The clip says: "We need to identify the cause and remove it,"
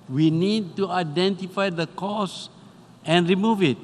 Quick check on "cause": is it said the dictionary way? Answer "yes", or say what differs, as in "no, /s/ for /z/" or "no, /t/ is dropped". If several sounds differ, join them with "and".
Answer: no, /s/ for /z/